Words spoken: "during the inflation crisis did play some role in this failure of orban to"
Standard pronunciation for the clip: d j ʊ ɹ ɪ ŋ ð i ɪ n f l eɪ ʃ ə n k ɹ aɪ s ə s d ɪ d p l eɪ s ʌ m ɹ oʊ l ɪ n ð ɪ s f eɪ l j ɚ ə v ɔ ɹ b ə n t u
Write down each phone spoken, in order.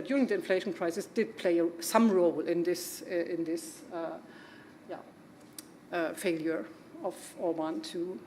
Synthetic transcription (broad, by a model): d j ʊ ɹ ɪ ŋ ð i ɪ n f l eɪ ʃ ə n k ɹ aɪ s ə s d ɪ d p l eɪ s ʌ m ɹ oʊ l ɪ n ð ɪ s f eɪ l j ɚ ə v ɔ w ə n t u